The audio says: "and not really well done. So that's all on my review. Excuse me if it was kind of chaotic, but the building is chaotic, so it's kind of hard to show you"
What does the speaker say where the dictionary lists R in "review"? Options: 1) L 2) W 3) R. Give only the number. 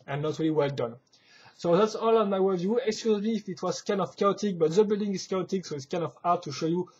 2